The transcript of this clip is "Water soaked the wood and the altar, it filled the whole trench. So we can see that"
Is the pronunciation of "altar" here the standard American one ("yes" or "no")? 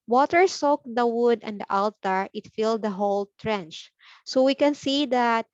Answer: yes